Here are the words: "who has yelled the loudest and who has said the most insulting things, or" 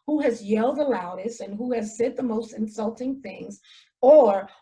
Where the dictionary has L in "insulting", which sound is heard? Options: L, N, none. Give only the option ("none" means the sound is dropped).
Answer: L